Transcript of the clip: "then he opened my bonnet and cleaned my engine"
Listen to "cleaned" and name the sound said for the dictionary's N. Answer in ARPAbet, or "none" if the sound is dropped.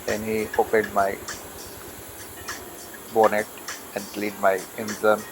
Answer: none